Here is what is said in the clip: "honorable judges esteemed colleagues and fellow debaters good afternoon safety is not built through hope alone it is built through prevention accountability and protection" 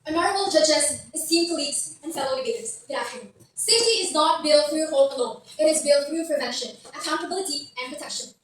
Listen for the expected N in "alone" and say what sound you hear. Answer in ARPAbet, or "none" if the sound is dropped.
none